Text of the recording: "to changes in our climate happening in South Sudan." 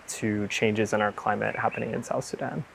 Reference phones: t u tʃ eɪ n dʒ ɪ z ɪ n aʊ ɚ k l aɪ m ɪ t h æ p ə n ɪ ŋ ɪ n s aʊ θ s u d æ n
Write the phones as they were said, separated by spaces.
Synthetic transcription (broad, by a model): t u tʃ eɪ n dʒ ɪ z ɪ n aʊ ɚ k l aɪ m ɪ t h æ p ə n ɪ ŋ ɪ n s aʊ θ s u d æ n